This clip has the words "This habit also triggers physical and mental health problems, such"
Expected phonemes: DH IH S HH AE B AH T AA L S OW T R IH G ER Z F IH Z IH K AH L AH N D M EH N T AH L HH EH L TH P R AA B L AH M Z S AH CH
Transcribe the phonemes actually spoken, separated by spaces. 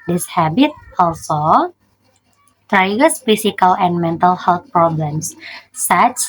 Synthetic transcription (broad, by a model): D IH S HH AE B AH T AA L S OW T R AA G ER S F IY S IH K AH L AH N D M EH N T AH L HH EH L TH P R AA B L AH M S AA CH